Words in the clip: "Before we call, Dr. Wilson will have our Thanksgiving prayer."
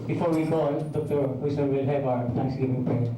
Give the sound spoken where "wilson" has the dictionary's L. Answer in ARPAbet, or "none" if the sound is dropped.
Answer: none